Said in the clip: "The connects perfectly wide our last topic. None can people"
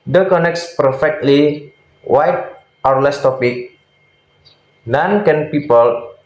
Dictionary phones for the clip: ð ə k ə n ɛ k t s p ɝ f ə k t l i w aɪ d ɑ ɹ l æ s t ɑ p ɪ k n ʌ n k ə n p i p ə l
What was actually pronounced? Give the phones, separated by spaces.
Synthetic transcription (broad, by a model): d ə k ə n ɛ k t s p ɝ f ə k t l i w aɪ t ɑ ɹ l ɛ s t ɑ p ɪ k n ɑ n k ə n p i p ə l